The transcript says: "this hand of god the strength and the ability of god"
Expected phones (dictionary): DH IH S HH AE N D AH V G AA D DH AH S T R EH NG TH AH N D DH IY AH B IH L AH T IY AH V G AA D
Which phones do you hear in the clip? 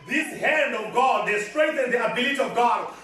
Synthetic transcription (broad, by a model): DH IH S HH AE N D AH V G AA D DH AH S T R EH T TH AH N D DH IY AH B IH L AH T IY AH V G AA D